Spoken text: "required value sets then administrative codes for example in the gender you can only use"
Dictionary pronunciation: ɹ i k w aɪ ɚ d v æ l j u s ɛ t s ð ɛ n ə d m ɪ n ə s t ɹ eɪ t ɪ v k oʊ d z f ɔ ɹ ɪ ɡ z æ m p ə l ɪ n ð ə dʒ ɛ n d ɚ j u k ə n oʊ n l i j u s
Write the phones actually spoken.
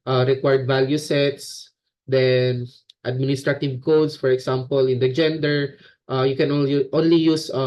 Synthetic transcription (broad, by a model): ɹ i k w aɪ d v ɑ l j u s ɛ t s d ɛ n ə d m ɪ n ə s t ɹ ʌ t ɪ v k oʊ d s f ɔ ɹ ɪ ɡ s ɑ m p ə l ɪ n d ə dʒ ɛ n d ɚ j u k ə n oʊ n l i j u s